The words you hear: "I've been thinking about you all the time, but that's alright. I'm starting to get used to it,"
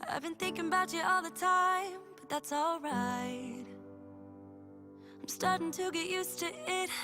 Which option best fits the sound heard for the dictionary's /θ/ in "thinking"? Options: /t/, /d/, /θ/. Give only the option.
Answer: /θ/